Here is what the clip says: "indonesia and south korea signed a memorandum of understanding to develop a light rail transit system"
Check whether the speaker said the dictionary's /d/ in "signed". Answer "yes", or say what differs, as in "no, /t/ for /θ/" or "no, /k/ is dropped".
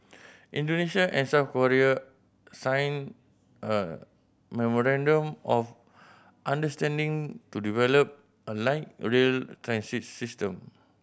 no, /d/ is dropped